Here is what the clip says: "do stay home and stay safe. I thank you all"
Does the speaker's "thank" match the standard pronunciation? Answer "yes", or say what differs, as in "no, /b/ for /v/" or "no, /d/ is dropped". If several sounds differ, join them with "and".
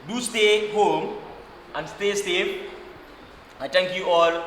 no, /t/ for /θ/